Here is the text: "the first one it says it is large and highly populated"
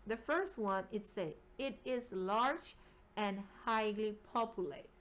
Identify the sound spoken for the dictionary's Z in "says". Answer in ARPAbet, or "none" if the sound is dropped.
none